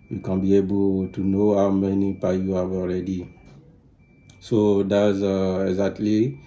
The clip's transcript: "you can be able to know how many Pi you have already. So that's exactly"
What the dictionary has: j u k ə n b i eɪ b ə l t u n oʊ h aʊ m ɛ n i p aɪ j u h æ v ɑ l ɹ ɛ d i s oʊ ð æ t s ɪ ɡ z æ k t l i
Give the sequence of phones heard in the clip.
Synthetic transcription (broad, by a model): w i k ə n b i eɪ b ə l t u n oʊ h aʊ m ɛ n i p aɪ j u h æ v ɑ l ɹ ɛ d i s oʊ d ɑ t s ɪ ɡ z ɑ k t l i